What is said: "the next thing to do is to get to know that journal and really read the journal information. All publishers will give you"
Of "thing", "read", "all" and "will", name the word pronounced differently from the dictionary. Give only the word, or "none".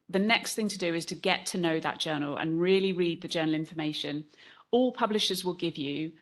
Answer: none